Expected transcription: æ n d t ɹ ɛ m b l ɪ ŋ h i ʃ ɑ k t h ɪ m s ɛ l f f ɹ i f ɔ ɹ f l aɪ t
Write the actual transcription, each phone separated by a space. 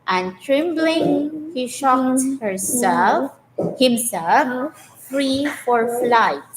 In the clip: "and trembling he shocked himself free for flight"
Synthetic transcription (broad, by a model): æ n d t ɹ ɛ m b l ɪ ŋ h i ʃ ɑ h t h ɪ m s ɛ l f f ɹ i f ɔ ɹ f l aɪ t